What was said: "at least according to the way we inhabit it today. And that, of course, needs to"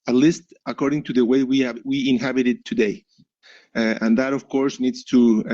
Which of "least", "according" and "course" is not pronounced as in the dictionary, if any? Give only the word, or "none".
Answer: none